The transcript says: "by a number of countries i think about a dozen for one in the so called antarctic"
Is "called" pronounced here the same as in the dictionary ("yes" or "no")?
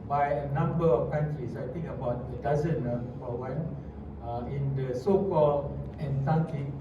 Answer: no